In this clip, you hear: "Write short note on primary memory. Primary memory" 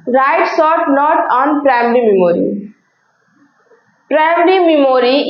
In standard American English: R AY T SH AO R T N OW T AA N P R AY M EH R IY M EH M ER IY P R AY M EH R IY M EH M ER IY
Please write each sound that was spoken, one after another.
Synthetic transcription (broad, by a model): R AY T S AO T N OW T AA N P R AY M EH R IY M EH M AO IY P R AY M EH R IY M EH M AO IY